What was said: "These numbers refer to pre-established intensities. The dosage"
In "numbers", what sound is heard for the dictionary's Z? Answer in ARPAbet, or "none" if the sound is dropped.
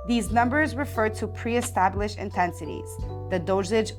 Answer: Z